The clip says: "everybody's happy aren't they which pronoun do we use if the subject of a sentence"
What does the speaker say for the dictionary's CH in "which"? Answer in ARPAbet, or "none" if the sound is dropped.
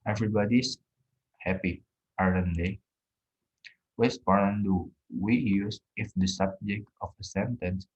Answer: S